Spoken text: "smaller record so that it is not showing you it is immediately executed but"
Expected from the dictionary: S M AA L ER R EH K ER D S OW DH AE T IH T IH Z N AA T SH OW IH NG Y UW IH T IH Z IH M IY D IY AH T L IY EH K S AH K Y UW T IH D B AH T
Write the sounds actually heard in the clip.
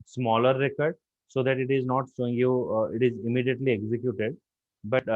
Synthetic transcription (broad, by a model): S M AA L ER R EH K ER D S OW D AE T IH T IH Z N AA T S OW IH NG Y UW IH T IH Z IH M IY D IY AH T L IY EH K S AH K Y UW T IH D B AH T